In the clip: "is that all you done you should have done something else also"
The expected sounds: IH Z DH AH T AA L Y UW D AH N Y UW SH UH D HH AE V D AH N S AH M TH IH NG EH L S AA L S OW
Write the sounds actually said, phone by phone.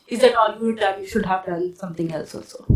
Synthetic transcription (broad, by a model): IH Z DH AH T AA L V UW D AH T Y UW SH UH D HH AE V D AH L S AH M T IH NG EH L S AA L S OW